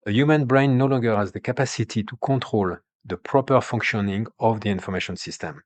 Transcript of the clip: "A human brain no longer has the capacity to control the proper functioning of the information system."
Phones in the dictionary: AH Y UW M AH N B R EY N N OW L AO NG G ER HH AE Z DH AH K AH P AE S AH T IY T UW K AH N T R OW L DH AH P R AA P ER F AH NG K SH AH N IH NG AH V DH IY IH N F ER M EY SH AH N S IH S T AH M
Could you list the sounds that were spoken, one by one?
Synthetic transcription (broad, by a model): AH Y UW M AH N B R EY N N OW L AO NG G ER HH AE Z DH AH K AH P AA S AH T IY T UW K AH T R OW L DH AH P R AA P ER F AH NG K SH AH N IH NG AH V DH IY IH N F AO M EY SH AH N S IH S T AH M